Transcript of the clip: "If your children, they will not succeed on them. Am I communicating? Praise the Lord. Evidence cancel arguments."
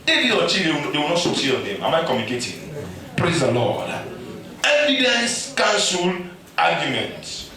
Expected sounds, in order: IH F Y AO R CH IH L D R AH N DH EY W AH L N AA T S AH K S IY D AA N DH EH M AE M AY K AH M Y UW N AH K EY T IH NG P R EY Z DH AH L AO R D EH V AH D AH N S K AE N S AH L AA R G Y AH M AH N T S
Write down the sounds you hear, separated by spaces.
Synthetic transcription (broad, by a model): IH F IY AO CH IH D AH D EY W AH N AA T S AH S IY AA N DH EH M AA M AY K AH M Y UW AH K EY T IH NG P R EY Z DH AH L AO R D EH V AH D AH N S K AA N S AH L AA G Y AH M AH N T